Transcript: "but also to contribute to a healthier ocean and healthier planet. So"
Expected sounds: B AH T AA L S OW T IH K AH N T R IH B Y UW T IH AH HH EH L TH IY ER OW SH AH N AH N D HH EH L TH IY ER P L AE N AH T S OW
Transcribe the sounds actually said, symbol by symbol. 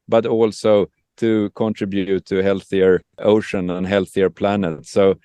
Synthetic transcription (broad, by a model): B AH T AA L S OW T IH K AH N T R IH B Y UW T IH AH HH EH L TH IY ER OW SH AH N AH N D HH EH L TH IY ER P L AE N AH T S OW